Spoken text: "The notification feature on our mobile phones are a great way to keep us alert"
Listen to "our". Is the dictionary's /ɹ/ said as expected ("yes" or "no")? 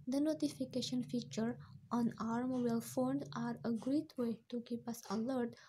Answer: yes